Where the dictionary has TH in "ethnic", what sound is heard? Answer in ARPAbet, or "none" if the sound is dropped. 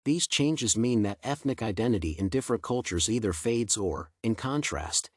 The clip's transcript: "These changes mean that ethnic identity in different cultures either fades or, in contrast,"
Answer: TH